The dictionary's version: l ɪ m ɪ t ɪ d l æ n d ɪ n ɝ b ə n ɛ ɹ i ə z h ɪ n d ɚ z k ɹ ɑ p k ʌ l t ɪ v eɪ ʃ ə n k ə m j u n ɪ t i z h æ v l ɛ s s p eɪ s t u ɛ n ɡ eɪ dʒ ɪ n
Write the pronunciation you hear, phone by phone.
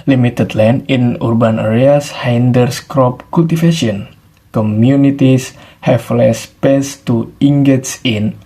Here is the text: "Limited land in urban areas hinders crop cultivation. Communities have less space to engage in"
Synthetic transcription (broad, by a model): l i m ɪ t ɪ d l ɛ n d ɪ n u b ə n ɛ ɹ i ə s h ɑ n d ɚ s k ɹ ɑ p k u l t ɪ f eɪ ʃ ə n k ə m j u n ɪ t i s h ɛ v l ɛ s s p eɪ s t u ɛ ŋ ɡ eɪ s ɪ n